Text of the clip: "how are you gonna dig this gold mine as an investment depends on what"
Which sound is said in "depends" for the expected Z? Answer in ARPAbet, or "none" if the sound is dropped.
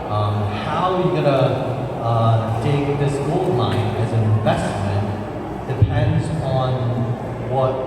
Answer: Z